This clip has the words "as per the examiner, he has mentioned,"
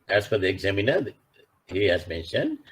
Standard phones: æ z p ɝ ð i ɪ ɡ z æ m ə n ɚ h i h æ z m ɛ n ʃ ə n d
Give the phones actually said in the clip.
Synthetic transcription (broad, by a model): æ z f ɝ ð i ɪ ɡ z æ m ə n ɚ h i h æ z m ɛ n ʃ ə n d